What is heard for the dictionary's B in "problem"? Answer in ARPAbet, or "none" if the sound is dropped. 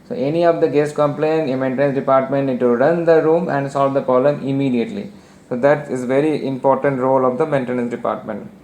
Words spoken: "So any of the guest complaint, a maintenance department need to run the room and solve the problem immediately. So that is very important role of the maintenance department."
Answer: none